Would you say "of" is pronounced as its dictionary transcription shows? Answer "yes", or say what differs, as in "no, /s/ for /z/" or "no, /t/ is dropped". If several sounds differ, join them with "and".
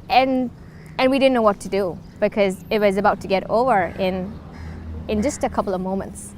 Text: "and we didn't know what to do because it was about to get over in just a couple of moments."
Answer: yes